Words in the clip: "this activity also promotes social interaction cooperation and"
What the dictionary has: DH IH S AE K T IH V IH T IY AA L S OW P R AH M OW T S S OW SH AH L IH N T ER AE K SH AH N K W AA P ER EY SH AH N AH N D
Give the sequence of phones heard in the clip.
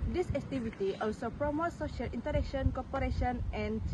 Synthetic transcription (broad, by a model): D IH S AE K T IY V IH T IY AA L S OW P R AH M OW T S S OW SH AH L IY N T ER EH K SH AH N K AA P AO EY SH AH N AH N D